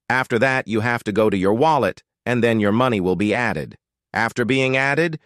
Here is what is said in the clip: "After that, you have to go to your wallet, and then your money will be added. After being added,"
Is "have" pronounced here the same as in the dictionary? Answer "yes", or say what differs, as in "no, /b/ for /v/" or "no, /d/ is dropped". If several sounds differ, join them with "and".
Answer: no, /f/ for /v/